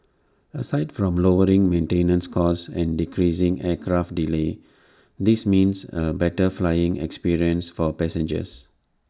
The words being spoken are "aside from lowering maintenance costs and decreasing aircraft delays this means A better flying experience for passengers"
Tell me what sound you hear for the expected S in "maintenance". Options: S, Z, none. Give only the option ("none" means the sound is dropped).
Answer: S